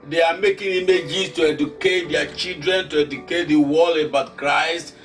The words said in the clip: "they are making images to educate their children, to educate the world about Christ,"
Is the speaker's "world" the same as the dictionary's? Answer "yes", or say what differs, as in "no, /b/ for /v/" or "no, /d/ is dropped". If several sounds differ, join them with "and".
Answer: no, /d/ is dropped